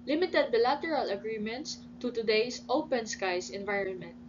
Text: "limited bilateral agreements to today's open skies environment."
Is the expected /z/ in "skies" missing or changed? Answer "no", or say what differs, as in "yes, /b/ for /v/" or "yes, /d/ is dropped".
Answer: yes, /s/ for /z/